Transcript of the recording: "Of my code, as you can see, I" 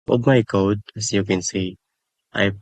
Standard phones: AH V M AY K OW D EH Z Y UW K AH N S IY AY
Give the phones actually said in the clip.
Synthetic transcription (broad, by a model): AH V M AY K OW D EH S Y UW K AH N S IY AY